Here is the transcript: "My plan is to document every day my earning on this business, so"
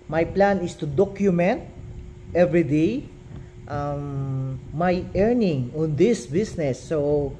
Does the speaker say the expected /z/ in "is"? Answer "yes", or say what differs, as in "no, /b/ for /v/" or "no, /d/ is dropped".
no, /s/ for /z/